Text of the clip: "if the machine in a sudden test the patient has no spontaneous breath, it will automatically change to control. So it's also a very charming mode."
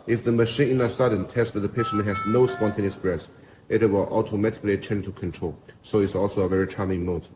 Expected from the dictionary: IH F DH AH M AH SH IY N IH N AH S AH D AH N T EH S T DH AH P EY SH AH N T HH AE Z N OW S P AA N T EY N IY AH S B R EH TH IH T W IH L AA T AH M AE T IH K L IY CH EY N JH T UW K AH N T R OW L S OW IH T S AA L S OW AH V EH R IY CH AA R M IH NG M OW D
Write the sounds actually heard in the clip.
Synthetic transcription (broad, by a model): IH F DH AH M AH SH IY N IH N AH S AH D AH N T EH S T DH AH P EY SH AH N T HH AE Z N OW S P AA N T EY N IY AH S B R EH S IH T W IH L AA T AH M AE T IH K L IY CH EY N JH T UW K AH N T R OW L S OW IH T S AA L S OW AH V EH R IY CH AA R M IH NG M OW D